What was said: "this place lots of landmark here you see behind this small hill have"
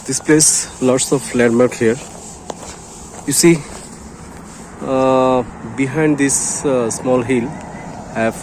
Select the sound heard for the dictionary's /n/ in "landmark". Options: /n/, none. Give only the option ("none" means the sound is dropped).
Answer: none